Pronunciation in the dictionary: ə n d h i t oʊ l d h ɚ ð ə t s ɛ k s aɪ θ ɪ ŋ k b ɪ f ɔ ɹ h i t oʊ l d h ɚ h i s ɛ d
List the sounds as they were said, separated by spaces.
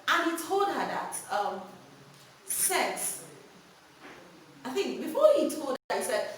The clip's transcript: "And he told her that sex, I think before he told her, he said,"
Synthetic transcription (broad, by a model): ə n h i t oʊ l d h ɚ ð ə t s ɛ s aɪ θ ɪ ŋ k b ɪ f ɔ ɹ h i t oʊ l d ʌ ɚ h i s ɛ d